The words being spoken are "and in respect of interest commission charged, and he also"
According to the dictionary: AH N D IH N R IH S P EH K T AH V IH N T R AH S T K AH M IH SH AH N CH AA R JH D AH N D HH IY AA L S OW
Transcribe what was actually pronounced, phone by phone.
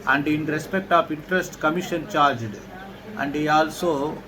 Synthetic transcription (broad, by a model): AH N D IH N R IH S P EH K T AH P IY N T R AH S T K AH M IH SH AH N CH AA R JH D AH N D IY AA L S OW